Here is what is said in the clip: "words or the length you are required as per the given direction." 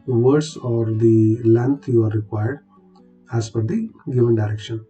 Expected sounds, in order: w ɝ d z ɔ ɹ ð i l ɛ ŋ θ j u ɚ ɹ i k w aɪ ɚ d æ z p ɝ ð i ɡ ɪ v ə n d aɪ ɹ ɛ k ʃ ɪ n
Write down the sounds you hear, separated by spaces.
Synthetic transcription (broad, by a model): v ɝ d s ɔ ɹ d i l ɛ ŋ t j u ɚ ɹ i k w aɪ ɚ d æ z f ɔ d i ɡ ɪ v ə n d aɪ ɹ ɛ k ʃ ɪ n